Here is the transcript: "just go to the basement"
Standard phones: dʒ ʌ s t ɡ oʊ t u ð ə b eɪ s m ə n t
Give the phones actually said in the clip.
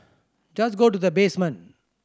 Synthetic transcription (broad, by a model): dʒ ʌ s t ɡ oʊ t u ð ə b eɪ s m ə n